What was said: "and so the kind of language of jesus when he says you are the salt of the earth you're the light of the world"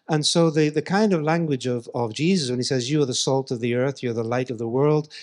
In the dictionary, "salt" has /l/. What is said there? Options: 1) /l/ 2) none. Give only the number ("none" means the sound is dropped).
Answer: 1